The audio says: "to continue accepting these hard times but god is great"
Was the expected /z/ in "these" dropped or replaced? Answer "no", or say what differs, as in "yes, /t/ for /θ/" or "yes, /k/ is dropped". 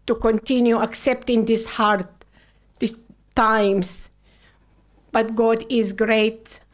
yes, /s/ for /z/